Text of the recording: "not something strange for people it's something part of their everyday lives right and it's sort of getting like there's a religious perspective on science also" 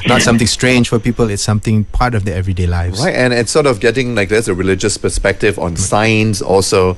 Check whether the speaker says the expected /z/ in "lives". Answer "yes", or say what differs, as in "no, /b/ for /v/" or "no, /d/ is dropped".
no, /z/ is dropped